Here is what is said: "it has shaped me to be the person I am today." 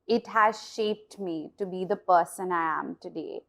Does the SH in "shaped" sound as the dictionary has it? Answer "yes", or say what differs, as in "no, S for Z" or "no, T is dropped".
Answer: yes